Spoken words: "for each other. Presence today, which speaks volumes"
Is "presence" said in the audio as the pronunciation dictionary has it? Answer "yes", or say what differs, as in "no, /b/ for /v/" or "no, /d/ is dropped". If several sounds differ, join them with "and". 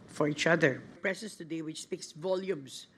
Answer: no, /s/ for /z/